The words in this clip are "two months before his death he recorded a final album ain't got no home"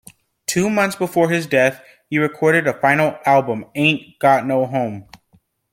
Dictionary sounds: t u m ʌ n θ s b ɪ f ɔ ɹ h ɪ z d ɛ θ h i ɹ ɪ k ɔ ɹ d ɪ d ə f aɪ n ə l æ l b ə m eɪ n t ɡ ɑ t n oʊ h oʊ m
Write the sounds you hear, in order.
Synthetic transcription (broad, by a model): t u m ʌ n θ s b ɪ f ɔ ɹ ɪ z d ɛ θ h i ɹ ɪ k ɔ ɹ d ɪ d ə f aɪ n l æ l b ə m eɪ n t ɡ ɑ t n oʊ h oʊ m